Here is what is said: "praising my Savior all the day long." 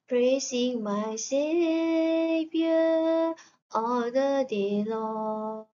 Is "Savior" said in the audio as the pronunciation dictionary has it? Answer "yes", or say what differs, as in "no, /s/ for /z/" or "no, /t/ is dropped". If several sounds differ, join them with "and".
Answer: no, /p/ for /v/